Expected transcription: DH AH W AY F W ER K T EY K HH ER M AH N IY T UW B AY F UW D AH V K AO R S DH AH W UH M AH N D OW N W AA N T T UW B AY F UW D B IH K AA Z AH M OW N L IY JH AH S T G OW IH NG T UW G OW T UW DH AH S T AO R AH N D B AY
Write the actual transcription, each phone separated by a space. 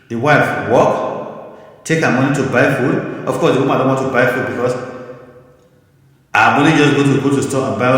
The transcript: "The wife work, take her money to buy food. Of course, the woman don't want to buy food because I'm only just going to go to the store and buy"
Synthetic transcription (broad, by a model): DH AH W AY F W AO K T EY K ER M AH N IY T UW B AY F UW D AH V K AO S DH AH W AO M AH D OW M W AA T T UW B AY F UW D B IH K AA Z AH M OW L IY JH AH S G OW T UW G OW T UW S T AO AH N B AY